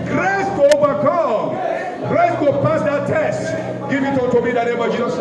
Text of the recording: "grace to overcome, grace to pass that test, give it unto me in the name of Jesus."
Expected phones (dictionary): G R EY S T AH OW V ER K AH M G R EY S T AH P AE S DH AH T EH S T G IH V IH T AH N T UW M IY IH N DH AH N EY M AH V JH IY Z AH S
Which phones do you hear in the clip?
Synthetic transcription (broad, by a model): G R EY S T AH OW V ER K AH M G R EY S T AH P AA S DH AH T EH S T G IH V IH T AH T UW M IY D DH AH N EY M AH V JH IY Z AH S